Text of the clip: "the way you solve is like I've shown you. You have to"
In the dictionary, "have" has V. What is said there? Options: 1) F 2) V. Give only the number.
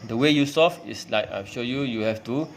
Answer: 1